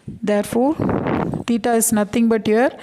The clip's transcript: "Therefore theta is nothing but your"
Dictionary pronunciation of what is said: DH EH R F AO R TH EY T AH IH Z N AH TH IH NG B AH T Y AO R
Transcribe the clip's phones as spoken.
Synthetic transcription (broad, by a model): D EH R F AO R T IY T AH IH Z N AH T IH NG B AH T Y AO R